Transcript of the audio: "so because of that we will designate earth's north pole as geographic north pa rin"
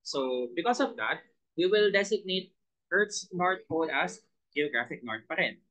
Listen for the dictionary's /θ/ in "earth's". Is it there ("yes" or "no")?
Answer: no